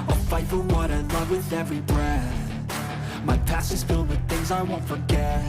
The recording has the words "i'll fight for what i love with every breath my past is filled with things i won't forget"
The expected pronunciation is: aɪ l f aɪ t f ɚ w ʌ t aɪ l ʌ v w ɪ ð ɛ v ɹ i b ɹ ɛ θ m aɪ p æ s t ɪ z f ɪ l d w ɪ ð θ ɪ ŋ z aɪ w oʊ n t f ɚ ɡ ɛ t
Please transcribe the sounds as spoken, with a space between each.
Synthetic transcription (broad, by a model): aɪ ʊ f aɪ t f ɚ w ʌ t aɪ l ʌ v w ɪ ð ɛ v ɹ i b ɹ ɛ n m aɪ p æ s ɪ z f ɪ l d w ɪ ð θ ɪ ŋ z aɪ w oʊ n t f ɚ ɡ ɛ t